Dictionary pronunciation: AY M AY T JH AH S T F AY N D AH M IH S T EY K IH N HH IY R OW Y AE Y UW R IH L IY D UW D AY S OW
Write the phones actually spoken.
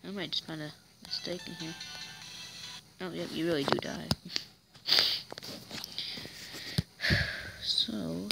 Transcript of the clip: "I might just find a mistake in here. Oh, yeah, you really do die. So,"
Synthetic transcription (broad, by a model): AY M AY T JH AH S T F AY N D AH M IH S T EY K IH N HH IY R OW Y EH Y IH R IH L IY D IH D AY S OW